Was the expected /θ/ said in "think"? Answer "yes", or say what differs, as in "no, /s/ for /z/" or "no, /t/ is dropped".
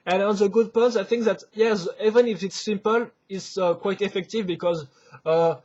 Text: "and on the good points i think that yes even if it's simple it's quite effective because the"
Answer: yes